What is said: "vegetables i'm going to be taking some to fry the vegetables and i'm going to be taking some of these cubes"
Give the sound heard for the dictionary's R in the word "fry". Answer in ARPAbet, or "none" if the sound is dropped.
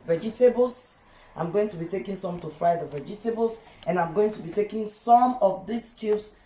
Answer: R